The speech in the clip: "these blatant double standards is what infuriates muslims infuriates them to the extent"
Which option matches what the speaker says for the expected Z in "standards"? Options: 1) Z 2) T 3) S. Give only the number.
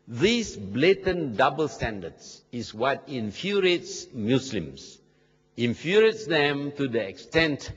3